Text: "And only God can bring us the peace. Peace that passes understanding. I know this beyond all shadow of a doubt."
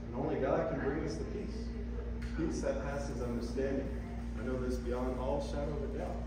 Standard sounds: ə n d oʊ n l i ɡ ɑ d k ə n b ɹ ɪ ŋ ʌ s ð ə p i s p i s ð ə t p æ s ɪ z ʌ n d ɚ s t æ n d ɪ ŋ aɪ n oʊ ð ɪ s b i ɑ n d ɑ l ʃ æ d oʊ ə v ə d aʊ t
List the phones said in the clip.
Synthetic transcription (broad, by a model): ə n oʊ n l i ɡ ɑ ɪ k ə n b ɹ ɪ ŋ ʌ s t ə p i s p i s ð ə t p æ s ɪ z ʌ n d ɚ s t æ n d ɪ ŋ aɪ n oʊ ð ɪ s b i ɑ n ɑ l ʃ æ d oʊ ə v ə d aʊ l